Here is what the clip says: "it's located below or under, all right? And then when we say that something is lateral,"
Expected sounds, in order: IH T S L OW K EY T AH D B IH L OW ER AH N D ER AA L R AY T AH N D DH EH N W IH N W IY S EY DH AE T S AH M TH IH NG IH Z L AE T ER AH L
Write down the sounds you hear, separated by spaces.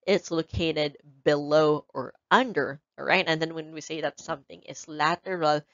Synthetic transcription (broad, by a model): IH T S L OW K EY T AH D B IH L OW ER AH N D ER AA R AY T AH N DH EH N W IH N W IY S EY DH AE T S AH M TH IH NG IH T L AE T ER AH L